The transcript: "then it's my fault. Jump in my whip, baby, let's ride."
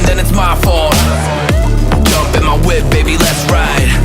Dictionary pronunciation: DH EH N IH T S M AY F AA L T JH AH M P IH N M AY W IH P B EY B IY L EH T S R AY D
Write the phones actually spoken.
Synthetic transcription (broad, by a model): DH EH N IH T S M AY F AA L JH AH M P IH N M AY W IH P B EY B IY L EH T S R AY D